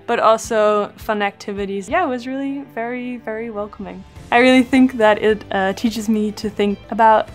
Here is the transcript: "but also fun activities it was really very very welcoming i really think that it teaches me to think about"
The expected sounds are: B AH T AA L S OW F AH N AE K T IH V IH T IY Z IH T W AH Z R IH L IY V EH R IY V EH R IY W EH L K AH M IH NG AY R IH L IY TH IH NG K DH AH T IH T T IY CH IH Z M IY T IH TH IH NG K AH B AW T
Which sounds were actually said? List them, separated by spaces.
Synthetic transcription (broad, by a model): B AH T AA L S OW F AH N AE K T IH V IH T IY Z IH T W AH Z R IH L IY V EH R IY V EH R IY W EH L K AH M IH NG AY R IH L IY TH IH NG K DH AH T IH T T IY CH IH Z M IY T IH TH IH NG K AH B AW T